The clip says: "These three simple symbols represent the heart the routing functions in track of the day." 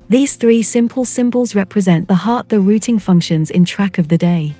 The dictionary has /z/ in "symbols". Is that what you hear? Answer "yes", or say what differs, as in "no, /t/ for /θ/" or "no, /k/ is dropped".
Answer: yes